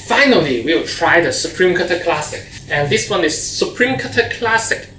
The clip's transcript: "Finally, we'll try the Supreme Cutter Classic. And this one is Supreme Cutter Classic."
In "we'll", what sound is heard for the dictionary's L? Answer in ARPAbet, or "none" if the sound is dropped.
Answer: W